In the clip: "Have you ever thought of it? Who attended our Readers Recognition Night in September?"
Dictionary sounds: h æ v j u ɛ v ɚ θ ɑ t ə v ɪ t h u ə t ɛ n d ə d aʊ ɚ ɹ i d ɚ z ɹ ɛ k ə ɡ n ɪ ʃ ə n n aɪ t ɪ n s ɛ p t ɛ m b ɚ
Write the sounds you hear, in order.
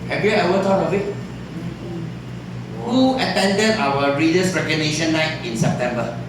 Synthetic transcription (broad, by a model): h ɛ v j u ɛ w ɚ t ɑ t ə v ɪ t h u ə t ɛ n d ə d aʊ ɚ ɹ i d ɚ s ɹ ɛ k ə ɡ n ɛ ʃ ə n n aɪ t ɪ n s ɛ p t ɛ m b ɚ